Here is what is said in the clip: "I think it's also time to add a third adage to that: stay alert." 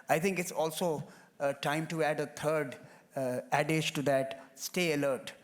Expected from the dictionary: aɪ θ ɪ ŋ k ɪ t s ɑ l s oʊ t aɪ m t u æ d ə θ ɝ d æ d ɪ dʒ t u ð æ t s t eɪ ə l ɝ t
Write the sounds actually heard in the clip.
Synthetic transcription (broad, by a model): aɪ t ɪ ŋ k ɪ t s ɑ l s oʊ t aɪ m t u æ d ə t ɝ d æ d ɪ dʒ t u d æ t s t eɪ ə l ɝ t